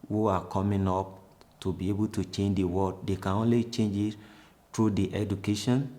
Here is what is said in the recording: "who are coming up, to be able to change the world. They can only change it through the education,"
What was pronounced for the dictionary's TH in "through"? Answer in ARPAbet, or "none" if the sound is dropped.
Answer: T